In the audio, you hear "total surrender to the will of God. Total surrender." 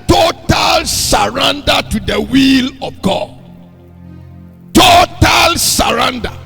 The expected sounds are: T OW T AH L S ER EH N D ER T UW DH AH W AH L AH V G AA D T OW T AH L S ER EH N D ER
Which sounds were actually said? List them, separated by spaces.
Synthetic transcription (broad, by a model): T OW T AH L S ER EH N D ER T UW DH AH W AH L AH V G AA D T OW T AH L S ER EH N D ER